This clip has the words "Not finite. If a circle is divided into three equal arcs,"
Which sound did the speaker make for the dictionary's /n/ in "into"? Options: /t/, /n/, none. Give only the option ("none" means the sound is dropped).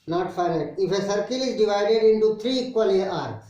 /n/